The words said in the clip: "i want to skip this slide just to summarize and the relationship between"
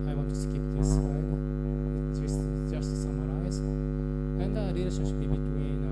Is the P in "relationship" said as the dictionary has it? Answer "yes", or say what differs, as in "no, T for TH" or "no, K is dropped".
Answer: no, B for P